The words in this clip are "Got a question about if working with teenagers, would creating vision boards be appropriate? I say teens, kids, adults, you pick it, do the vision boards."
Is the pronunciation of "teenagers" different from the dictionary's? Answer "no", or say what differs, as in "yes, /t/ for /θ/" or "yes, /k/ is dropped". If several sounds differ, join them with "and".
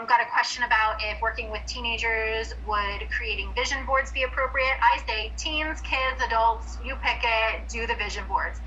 no